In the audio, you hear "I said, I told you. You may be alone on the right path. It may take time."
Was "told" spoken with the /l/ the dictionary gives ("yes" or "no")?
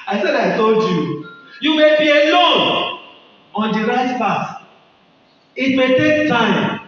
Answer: yes